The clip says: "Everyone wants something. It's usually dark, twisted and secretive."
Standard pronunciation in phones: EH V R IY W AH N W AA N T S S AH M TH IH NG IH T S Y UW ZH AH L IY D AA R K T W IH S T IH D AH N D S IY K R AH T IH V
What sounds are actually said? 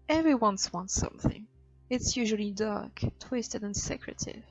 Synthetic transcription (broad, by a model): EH V R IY W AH N W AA N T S S AH M TH IH NG IH T S Y UW ZH AH L IY D AA R K T W IH S T IH D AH N S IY K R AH T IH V